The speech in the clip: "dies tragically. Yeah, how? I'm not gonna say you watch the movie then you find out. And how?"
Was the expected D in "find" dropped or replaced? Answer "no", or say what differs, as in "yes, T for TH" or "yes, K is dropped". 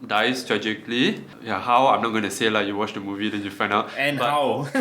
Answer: yes, D is dropped